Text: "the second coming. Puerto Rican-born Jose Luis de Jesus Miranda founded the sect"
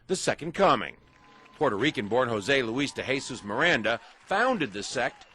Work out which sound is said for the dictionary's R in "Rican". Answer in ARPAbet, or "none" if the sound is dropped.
R